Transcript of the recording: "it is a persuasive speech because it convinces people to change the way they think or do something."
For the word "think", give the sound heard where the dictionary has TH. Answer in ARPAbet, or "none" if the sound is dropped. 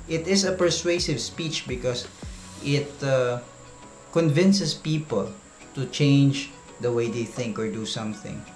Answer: TH